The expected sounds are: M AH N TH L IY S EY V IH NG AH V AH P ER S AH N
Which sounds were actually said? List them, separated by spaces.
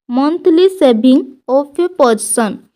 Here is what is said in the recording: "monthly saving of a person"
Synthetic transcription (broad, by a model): M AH N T L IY S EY B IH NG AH P AH P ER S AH N